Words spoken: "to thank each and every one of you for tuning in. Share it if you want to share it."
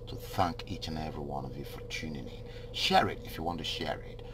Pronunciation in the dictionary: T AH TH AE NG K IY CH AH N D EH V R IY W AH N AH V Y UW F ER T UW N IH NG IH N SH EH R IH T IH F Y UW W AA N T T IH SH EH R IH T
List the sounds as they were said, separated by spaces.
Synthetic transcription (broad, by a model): T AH TH AE NG K IY CH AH N EH V R IY W AH N AH V Y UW F ER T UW N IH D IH SH EH R IH T IH F Y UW W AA N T T IH SH EH R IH T